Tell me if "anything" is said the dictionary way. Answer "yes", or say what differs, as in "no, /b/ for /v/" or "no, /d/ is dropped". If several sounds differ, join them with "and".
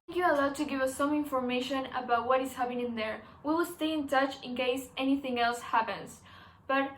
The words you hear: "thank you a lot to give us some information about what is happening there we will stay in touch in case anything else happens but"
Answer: yes